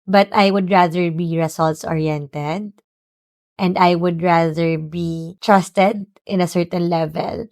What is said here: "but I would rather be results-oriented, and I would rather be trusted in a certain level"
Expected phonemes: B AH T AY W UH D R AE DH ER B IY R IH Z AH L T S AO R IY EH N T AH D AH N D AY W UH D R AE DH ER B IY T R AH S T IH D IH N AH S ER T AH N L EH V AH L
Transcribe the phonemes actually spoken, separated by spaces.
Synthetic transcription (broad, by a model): B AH T AY W UH D R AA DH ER B IY R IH S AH L T S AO R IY EH N T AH D AH N D AY W UH D R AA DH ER B IY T R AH S T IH D IH N AH S ER T AH N L EH V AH L